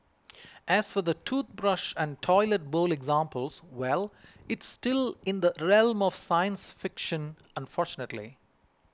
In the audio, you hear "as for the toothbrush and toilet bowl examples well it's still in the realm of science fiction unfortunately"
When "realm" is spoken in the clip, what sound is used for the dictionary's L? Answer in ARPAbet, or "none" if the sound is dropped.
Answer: L